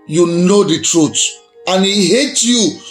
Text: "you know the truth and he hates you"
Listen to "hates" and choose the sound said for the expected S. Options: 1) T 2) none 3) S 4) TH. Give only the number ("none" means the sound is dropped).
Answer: 2